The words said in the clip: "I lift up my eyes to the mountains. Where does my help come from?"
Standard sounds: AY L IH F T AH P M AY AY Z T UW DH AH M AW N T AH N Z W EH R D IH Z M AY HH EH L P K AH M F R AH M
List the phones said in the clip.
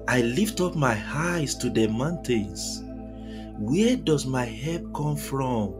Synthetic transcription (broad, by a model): AY L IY F T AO P M AY AY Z T UW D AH M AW N T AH N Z W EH D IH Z M AY HH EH P K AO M F R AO M